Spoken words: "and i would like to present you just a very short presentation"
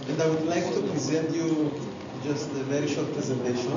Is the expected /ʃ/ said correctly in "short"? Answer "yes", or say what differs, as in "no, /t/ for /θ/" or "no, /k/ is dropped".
yes